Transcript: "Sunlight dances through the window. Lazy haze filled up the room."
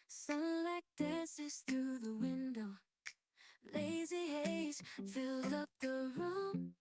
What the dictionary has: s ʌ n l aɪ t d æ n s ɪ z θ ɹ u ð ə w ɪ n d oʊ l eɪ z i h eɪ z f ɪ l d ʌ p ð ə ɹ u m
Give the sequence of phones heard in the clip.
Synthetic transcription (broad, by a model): s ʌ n l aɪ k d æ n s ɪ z θ ɹ u ð ə w ɪ n d oʊ l eɪ z i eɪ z f ɪ l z ʌ p ð ə ɹ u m